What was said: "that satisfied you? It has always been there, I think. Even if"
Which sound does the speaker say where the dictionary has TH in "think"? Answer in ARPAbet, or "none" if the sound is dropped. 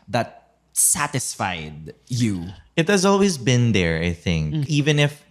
TH